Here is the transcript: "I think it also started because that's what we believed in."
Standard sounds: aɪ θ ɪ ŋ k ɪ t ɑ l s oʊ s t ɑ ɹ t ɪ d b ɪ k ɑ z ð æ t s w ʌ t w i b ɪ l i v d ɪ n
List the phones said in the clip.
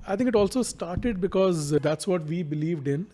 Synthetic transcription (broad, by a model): aɪ t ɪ ŋ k ɪ t ɑ l s oʊ s t ɑ ɹ t ɪ d b ɪ k ɑ z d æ t s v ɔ t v i b ɪ l i v d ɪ n